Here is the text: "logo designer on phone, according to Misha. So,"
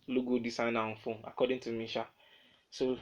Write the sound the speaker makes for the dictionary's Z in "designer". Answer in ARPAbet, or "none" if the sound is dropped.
S